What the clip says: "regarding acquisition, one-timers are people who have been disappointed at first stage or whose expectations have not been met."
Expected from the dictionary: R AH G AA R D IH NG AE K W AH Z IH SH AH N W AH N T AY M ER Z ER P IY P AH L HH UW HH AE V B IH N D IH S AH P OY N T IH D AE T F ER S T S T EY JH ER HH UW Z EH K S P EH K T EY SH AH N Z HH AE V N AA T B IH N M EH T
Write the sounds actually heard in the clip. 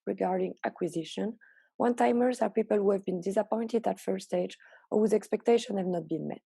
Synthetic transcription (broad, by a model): R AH G AA R D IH NG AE K W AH Z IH SH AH N W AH N T AY M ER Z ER P IY P AH L HH UW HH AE V B IH N D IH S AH P OY N T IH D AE T F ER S S T EY JH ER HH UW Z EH K S P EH K T EY SH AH N HH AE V N AA T B IH N M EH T